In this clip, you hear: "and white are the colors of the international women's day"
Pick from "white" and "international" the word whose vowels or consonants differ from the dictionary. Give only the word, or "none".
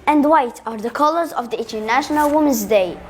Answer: none